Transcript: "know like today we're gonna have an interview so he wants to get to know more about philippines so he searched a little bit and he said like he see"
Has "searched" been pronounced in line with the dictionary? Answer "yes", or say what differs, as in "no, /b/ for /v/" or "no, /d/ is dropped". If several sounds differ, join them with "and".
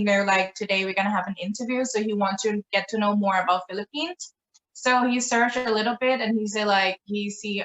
no, /t/ is dropped